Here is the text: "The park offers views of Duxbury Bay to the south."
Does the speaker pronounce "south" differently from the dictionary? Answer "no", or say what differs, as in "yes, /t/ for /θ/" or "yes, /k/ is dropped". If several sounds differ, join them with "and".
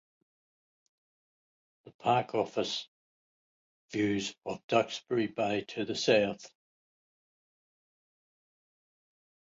no